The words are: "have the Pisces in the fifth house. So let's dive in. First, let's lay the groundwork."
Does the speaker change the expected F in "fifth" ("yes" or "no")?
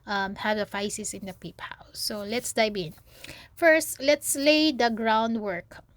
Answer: yes